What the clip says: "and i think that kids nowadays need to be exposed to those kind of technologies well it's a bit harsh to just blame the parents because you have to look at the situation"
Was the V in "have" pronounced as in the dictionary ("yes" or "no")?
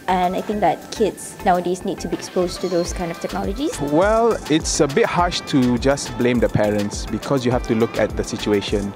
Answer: no